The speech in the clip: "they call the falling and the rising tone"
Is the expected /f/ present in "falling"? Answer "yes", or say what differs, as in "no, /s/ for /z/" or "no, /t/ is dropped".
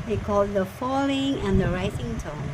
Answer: yes